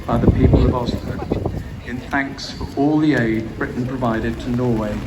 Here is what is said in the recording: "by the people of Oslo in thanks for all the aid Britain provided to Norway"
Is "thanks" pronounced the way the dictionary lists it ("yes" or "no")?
yes